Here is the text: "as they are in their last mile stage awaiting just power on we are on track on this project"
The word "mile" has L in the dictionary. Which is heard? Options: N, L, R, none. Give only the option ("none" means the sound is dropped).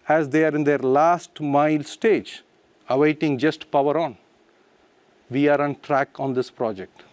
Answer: L